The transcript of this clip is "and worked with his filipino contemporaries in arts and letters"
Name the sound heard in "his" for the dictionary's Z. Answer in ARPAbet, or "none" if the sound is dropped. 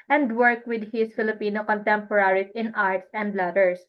S